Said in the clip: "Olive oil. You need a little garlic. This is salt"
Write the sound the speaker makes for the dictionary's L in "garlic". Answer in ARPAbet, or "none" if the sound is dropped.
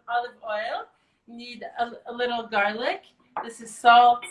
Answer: L